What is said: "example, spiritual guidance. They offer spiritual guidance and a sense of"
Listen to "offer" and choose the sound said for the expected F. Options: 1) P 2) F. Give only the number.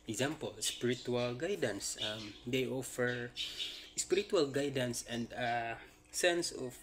2